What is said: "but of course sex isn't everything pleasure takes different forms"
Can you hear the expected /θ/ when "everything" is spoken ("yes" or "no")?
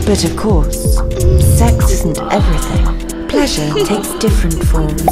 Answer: yes